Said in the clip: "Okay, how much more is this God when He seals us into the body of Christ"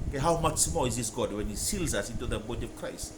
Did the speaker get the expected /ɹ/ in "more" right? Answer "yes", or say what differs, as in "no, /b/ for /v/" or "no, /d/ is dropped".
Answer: no, /l/ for /ɹ/